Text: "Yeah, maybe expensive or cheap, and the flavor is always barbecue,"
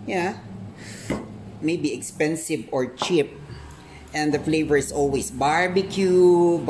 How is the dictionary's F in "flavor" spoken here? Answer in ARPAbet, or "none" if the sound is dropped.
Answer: F